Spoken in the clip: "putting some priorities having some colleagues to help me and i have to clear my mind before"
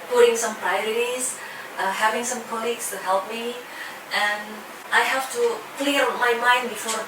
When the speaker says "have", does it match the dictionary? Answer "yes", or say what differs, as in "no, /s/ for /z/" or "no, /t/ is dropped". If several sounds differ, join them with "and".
no, /f/ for /v/